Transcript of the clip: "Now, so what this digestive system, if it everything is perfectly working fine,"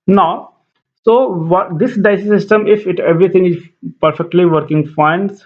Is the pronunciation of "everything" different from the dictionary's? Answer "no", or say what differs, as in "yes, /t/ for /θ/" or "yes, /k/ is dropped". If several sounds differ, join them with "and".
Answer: yes, /t/ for /θ/